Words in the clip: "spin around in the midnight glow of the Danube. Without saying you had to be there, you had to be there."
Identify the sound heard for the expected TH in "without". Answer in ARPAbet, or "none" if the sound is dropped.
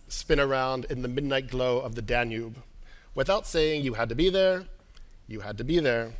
TH